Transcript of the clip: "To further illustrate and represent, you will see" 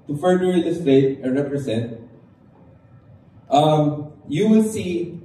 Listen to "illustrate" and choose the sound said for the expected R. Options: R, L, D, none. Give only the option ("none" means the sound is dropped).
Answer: none